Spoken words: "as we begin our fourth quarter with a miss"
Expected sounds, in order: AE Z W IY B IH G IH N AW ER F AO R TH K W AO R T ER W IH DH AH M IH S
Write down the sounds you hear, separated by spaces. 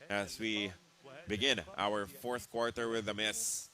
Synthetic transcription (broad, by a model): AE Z W IY B IH G IH N AW ER F AO R TH K W AO R T ER W IH DH AH M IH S